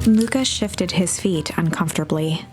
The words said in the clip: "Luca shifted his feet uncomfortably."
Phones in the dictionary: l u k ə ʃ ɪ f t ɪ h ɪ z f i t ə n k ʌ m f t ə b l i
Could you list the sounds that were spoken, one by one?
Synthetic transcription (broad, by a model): l u k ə ʃ ɪ f t ɪ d ɪ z f i t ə n k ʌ m f t ə b l i